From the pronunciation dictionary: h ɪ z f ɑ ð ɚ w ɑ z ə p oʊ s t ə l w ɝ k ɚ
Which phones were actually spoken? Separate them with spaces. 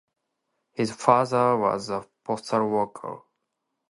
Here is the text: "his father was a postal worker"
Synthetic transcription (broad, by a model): h ɪ z f ɑ ð ɚ w ɑ z ə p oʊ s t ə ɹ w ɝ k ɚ